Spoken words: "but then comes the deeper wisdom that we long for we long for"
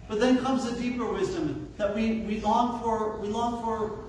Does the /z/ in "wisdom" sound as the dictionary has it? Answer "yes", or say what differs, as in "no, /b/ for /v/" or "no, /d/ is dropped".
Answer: yes